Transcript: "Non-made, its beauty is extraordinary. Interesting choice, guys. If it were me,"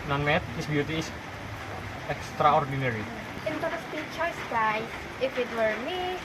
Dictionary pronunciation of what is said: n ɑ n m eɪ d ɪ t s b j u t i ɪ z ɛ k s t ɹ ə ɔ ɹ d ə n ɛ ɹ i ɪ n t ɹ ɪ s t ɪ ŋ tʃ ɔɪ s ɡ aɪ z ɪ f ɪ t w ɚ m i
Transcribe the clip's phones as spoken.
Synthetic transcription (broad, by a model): n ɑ n m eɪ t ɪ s b j u t i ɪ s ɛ k s t ɹ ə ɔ ɹ d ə n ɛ ɹ i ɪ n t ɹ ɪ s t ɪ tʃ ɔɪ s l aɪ ɪ f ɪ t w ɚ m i